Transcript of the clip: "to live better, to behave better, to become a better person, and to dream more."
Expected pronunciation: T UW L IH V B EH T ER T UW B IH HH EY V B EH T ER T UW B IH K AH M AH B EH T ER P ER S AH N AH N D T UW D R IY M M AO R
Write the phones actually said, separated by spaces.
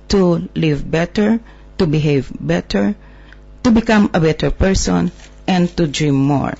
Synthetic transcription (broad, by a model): T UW L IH V B EH T ER T UW B IH HH EY V B EH T ER T UW B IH K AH M AH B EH T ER P ER S AH N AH N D T UW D R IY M M AO R